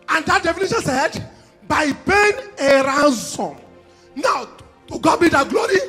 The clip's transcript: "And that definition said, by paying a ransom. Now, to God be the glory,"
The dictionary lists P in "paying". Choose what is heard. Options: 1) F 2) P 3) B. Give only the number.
3